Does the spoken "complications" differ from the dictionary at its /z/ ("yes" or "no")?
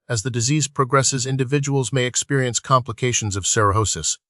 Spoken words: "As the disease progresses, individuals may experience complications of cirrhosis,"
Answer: no